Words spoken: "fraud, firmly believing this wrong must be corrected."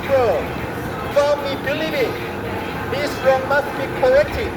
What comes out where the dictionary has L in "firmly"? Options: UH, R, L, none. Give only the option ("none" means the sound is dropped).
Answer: none